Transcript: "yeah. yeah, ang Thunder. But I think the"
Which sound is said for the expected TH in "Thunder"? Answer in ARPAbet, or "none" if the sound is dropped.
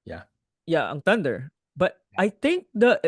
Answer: T